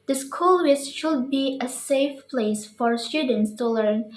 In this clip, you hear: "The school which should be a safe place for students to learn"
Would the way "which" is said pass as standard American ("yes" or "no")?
no